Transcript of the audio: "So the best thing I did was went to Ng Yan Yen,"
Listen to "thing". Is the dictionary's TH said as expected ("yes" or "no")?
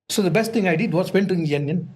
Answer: no